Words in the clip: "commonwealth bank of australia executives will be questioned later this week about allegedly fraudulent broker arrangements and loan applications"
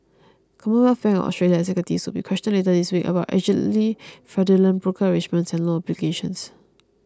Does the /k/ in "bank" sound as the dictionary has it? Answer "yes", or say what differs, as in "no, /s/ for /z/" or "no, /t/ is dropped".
no, /k/ is dropped